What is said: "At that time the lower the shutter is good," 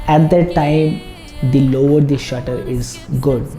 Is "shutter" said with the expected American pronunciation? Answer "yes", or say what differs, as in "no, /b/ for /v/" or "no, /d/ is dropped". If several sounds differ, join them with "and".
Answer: yes